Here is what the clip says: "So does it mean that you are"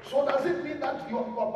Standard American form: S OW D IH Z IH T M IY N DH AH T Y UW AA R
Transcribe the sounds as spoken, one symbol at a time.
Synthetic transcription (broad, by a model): S OW D IH Z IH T M IY N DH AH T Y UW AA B